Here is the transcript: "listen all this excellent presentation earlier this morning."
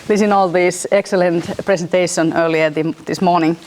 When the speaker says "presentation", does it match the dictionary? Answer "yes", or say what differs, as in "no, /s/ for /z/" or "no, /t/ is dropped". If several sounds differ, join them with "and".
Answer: no, /s/ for /z/